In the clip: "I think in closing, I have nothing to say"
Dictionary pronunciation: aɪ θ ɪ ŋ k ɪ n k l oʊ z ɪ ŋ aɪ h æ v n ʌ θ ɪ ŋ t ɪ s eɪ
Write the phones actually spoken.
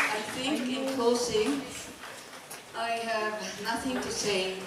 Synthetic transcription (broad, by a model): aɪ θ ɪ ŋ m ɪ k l oʊ s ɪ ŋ aɪ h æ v n ʌ θ ɪ ŋ t ɪ s eɪ